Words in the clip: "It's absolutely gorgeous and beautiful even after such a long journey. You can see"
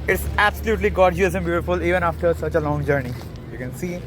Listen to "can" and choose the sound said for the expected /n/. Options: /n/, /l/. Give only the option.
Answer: /n/